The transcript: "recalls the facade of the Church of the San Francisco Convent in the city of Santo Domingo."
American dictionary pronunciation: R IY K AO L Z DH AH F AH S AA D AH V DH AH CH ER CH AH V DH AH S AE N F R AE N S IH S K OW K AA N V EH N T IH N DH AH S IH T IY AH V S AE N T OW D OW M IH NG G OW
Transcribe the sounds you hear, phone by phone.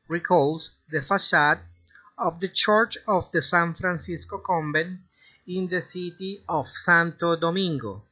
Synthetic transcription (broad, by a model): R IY K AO L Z DH AH F AH S AA D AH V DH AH CH ER CH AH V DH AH S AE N F R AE N S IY S K OW K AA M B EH N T IH N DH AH S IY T IY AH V S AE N T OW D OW M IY NG G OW